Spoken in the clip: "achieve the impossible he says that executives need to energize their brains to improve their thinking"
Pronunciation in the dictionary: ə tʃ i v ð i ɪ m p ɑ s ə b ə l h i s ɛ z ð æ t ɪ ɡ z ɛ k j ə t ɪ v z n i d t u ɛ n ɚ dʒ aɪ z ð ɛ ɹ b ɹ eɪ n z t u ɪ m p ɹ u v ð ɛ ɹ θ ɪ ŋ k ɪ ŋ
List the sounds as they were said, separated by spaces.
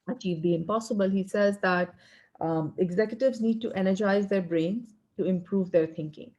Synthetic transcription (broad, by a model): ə tʃ i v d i ɪ m p ɑ s ə b ə l h i s ɛ z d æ t ɪ ɡ z ɛ k j ə t ɪ v z n i d t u ɛ n ɚ dʒ aɪ z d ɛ ɹ b ɹ eɪ n z t u ɪ m p ɹ u v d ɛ ɹ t ɪ ŋ k ɪ ŋ